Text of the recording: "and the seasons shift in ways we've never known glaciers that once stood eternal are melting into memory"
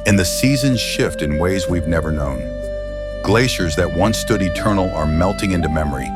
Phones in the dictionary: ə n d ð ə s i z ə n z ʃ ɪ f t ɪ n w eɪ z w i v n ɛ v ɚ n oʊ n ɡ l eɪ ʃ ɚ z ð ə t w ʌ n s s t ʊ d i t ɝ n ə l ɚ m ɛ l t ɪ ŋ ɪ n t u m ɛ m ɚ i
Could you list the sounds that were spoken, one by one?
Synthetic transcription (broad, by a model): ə n ð ə s i z ə n z ʃ ɪ f t ɪ n w eɪ z w i v n ɛ v ɚ n oʊ n ɡ l eɪ ʃ ɚ z ð ə t w ʌ n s s t ʊ d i t ɝ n l ɚ m ɛ l t ɪ ŋ ɪ n t u m ɛ m ɚ i